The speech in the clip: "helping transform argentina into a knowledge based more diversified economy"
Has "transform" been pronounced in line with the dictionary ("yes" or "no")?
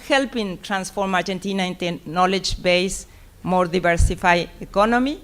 yes